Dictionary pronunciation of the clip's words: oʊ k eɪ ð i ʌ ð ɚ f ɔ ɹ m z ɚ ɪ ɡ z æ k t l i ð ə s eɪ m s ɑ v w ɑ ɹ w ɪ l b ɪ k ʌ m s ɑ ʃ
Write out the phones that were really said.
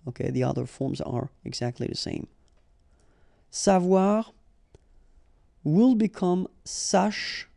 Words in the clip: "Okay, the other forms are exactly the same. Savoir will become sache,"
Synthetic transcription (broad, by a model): oʊ k eɪ ð i ʌ ð ɚ f ɔ ɹ m z ɚ ɪ ɡ z æ k t l i ð ə s eɪ m s ɑ v w ɑ ɹ w ɪ l b ɪ k ʌ m s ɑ ʃ